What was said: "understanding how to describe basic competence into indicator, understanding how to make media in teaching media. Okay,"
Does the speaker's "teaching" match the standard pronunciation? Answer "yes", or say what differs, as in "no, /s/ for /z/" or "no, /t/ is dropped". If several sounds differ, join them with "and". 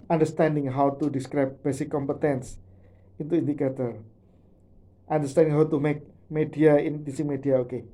no, /s/ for /tʃ/